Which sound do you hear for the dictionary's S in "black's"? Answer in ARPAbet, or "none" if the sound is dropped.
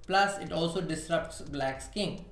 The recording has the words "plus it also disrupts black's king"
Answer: S